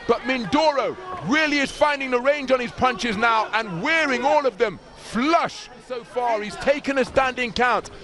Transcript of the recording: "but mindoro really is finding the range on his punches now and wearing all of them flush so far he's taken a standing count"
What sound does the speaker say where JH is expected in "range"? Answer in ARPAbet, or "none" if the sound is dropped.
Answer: JH